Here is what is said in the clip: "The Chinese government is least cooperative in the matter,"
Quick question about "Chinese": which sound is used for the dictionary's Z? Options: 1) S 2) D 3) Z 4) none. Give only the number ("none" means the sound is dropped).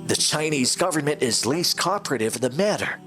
3